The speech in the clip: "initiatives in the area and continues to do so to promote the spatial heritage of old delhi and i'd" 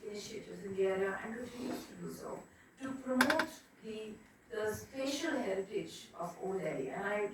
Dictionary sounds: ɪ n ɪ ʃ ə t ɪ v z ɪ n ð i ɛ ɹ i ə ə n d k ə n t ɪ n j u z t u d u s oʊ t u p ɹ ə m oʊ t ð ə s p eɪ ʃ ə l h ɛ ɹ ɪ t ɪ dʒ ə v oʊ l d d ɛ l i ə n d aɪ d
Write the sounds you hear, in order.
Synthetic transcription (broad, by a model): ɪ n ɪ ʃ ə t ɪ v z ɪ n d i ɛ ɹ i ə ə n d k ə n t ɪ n j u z t u d u s oʊ t u p ɹ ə m oʊ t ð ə s p eɪ ʃ ə l h ɛ ɹ ɪ t ɪ dʒ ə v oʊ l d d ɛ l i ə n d aɪ